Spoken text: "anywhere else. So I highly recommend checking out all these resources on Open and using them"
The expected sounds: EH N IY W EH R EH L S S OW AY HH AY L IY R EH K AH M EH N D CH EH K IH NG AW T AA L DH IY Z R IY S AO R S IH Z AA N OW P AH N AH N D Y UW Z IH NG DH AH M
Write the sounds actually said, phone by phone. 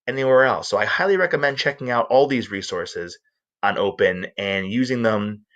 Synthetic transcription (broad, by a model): EH N IY W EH R EH L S S OW AY HH AY L IY R EH K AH M EH N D CH EH K IH NG AW T AA L DH IY Z R IY S AO R S IH Z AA N OW P AH N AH N Y UW Z IH NG DH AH M